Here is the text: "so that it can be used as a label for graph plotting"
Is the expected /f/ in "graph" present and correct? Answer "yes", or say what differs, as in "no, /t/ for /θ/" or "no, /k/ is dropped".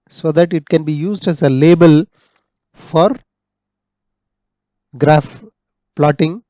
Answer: yes